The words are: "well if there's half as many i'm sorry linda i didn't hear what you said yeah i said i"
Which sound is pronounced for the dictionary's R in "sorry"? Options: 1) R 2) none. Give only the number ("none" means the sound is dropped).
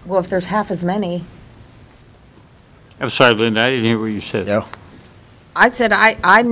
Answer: 2